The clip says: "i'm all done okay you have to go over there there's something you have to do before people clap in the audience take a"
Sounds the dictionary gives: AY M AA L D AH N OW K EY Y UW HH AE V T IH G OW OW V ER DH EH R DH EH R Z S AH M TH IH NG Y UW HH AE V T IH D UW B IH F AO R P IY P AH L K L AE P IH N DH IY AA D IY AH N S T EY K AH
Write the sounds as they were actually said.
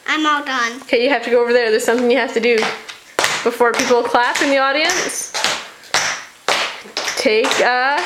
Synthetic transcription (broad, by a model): AY M AA L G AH N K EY Y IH HH AE F T IH G OW OW V ER DH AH R DH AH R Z S AH M TH IH NG Y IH HH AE F T IH D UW B IH F AO R P IY P L K L AE P IH N DH IY AA D IY AH N S T EY K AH